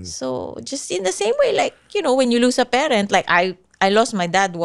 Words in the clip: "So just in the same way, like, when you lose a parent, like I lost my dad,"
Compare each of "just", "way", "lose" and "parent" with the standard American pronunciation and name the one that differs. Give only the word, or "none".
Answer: lose